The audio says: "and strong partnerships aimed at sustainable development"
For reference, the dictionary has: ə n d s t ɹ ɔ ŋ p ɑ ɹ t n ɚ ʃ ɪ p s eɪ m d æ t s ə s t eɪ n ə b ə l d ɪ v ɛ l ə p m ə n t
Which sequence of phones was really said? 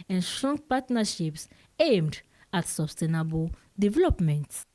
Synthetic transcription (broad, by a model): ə n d s t ɹ ɔ ŋ p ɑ t n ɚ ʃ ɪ p s eɪ m d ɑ t s ə s t eɪ n ə b ə l d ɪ v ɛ l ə p m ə n t